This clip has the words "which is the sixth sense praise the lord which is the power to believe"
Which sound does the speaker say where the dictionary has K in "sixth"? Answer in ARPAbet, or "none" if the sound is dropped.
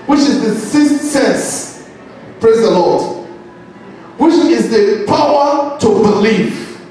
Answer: none